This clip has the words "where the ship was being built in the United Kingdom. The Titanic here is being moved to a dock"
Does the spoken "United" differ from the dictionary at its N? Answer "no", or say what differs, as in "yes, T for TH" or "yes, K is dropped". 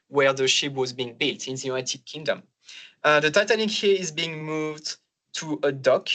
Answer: yes, N is dropped